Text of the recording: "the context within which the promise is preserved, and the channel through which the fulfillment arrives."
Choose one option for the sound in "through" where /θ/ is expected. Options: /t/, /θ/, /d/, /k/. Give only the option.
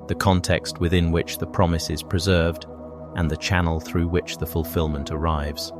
/θ/